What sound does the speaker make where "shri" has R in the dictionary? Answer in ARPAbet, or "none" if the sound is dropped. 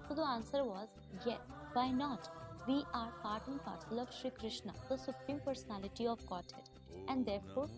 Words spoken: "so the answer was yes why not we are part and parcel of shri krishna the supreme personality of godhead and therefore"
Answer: R